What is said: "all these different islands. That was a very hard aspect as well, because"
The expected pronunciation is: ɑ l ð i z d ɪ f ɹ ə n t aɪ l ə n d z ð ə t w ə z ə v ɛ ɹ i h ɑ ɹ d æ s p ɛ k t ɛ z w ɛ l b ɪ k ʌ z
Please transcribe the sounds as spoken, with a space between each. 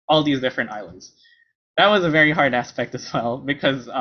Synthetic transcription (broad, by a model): ɑ l ð i z d ɪ f ɹ ə n t aɪ l ə n d z ð ə t w ə z ə v ɛ ɹ i h ɑ ɹ d æ s p ɛ k t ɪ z w ɛ l b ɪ k ʌ z